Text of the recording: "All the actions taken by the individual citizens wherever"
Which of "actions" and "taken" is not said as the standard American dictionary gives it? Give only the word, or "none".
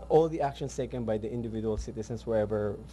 actions